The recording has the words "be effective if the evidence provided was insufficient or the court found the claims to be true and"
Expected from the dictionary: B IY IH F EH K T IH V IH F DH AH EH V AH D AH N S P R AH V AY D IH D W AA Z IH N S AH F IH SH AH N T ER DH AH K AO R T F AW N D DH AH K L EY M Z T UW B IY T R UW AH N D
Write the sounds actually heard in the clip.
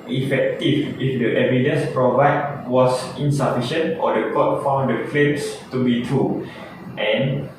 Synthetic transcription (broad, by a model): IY F EH K T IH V IH F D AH EH V AH D AH N S P R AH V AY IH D W AA S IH N S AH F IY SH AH N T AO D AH K AO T F AW N D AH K L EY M S T UW B IY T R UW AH N